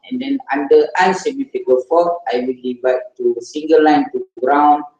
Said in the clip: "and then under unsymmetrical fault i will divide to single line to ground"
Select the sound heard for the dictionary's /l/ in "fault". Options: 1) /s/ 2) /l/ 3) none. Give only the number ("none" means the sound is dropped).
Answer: 3